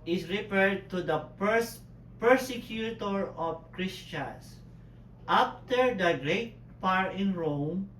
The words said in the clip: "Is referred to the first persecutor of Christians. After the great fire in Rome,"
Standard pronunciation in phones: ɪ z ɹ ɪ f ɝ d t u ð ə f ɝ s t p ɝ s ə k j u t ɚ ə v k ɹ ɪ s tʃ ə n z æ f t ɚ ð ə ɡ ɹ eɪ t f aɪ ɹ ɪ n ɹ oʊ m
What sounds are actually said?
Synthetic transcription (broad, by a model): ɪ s ɹ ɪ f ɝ d t u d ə p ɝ s p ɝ s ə k j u t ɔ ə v k ɹ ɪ s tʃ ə n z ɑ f t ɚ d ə ɡ ɹ eɪ t p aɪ ɹ ɪ n ɹ oʊ m